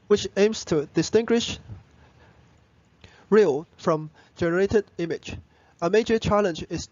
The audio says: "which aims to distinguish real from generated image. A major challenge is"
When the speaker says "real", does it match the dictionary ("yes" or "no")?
yes